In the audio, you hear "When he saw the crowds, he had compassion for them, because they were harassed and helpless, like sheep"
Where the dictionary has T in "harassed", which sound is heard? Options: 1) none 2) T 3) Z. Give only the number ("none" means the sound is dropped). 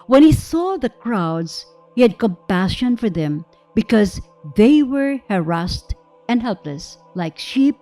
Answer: 2